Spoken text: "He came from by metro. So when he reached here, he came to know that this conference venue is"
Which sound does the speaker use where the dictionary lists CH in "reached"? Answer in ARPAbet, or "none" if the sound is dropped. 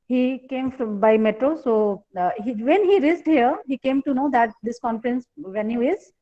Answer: S